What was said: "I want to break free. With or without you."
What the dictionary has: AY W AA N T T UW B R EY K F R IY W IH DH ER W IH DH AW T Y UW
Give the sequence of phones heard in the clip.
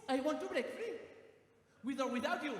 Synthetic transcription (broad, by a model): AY W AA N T T UW B R EY K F IY W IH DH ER W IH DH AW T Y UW